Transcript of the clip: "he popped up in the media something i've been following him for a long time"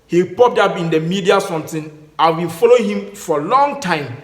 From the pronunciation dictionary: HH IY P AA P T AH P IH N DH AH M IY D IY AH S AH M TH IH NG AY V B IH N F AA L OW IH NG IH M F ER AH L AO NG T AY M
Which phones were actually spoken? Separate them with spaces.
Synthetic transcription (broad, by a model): HH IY P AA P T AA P IH N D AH M IY D IY AH S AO M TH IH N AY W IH L F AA L OW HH IH M F AH L AO NG T AY M